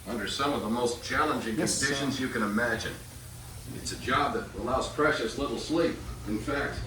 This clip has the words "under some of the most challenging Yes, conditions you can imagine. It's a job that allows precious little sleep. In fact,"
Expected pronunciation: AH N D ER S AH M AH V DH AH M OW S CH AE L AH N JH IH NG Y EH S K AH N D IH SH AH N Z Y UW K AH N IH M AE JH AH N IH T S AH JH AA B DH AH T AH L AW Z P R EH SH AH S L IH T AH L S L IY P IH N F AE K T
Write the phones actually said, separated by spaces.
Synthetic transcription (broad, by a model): AH N D ER S AH M AH V DH AH M OW S CH AE L AH N JH IH NG K AH N D IH SH AH N Z Y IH K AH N IH M AE JH AH N IH T S AH JH AA B DH AH T AH L AW Z P R EH SH AH S L IH T L S L IY P IH N F AE K T